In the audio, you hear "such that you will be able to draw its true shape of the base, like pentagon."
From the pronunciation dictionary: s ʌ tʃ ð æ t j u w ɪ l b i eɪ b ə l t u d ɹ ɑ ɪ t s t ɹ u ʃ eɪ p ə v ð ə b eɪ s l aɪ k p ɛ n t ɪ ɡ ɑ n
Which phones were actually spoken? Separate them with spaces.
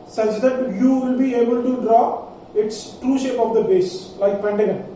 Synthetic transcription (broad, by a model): s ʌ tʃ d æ t j u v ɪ l b i eɪ b ə l t u d ɹ ɑ ɪ t s t ɹ u ʃ eɪ p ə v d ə b eɪ s l aɪ k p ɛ n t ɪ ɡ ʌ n